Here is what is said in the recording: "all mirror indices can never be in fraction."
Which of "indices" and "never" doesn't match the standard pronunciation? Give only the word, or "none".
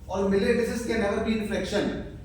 indices